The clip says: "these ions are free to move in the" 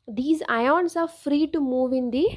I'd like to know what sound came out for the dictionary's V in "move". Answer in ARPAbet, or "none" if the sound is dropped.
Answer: V